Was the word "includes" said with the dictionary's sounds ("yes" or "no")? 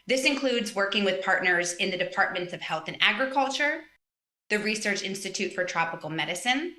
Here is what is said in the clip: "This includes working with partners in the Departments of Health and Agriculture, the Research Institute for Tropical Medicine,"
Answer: yes